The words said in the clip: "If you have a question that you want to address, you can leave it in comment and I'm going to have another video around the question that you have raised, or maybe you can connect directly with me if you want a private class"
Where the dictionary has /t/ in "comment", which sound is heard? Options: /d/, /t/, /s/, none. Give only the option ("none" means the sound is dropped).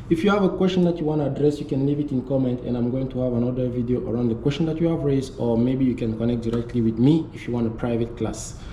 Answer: /t/